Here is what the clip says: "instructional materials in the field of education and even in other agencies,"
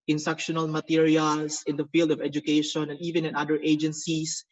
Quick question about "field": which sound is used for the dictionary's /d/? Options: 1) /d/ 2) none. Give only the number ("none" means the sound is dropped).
1